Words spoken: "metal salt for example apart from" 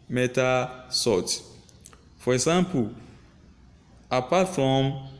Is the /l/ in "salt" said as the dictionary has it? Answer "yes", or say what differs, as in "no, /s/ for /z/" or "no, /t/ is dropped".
no, /l/ is dropped